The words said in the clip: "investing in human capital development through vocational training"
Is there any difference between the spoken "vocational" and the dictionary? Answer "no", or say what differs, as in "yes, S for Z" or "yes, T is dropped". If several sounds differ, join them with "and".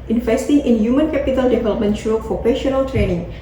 yes, F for V